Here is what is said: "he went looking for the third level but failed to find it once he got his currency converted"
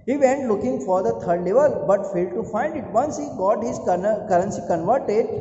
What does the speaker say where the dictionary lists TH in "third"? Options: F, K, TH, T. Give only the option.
T